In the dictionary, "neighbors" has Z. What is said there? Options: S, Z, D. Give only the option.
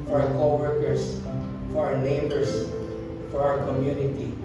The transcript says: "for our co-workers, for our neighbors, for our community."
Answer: S